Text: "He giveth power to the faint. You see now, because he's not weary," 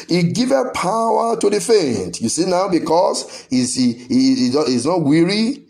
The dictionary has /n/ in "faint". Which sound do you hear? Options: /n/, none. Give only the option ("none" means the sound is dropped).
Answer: /n/